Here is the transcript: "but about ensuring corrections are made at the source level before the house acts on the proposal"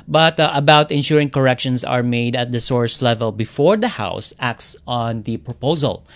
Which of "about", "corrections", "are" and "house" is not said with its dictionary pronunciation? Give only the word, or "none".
corrections